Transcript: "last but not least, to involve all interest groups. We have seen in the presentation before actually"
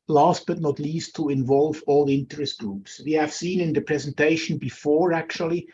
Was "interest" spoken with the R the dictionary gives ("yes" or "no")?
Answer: yes